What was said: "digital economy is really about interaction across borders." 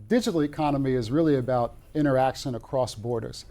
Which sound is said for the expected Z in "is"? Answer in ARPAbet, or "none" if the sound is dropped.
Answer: Z